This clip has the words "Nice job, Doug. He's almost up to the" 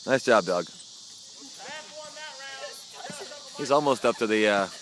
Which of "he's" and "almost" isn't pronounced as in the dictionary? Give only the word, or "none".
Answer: none